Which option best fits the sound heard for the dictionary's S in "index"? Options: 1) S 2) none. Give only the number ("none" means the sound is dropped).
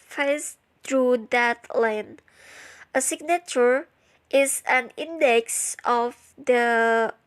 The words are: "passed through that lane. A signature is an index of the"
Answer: 1